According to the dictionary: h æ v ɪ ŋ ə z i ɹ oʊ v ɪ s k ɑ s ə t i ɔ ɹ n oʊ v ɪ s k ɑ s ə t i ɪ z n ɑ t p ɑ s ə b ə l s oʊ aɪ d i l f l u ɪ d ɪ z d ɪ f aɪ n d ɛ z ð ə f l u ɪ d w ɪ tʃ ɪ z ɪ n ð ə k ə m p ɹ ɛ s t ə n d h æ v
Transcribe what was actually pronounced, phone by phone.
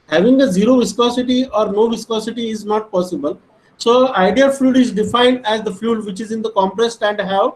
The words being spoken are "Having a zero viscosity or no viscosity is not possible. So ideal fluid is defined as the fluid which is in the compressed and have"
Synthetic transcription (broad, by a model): h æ v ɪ ŋ ə z i ɹ oʊ v ɪ s k ɑ s ə t i ɔ ɹ n oʊ v ɪ s k ɑ s ə t i ɪ z n ɑ t p ɑ s ə b ə l s oʊ aɪ d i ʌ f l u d ɪ z d ɪ f aɪ n d ɛ z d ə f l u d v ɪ tʃ ɪ z ɪ n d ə k ə m p ɹ ɛ s t ə n d h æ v